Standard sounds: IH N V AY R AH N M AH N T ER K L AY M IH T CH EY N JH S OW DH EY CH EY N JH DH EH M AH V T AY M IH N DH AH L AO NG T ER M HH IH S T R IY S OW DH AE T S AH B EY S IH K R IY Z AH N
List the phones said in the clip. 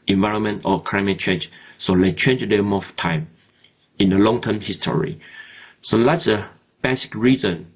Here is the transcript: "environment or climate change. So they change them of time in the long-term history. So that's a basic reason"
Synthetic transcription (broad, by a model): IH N V AY R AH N M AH N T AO K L AY M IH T CH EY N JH S OW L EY CH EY N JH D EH M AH F T AY M IH N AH L AO NG T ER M HH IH S T R IY S OW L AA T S AH B EY S IH K R IY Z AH N